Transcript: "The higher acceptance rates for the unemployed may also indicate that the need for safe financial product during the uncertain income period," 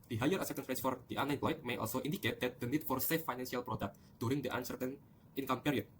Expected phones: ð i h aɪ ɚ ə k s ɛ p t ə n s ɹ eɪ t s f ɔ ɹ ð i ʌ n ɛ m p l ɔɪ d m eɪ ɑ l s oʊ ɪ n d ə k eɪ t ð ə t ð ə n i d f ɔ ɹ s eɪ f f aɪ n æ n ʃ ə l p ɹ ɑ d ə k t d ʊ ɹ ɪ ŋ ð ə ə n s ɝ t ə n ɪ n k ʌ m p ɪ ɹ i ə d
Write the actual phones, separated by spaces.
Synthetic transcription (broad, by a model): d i h aɪ ɚ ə s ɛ t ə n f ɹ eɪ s f ɔ ɹ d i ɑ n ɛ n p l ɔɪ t m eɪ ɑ l s oʊ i n d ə k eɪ t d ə t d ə n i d f ɔ ɹ s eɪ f f aɪ n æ n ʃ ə l p ɹ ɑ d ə k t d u ɹ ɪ ŋ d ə ə n s ɝ t ə n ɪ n k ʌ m p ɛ ɹ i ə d